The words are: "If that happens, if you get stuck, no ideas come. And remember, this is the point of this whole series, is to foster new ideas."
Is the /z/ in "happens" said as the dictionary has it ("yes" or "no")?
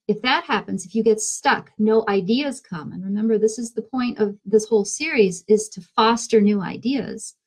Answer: yes